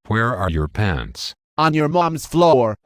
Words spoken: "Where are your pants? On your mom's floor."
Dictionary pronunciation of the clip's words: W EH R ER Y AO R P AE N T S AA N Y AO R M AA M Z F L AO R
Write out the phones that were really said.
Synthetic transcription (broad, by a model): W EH R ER Y AO R P AE N T S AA N Y AO R M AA M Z F L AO R